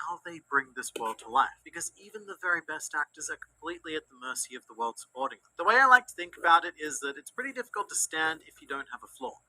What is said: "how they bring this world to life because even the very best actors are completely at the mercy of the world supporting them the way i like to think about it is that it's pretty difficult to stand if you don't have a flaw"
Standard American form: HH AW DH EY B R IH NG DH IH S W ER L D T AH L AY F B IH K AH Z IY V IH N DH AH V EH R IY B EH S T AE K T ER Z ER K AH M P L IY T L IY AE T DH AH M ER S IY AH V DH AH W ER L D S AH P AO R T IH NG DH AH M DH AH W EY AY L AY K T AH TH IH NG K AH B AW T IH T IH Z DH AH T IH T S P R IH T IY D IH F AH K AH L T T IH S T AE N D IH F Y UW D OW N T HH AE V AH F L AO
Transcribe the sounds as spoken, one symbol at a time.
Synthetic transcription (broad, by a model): AW DH EY B R IH NG DH IH S W ER L D T AH L AY F B IH K AH Z IY V IH N DH AH V EH R IY B EH S T AE K T ER Z ER K M P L IY T L IY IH T DH AH M ER S IY AH V DH AH W ER L D S AH P AO R T IH NG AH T DH AH W EY AY L AY K T AH TH IH NG K AH B AW T IH T IH Z DH AH T IH T S P R IH T IY D IH F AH K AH L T T IH S T AE N D IH F Y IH D OW N T HH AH V AH F L AO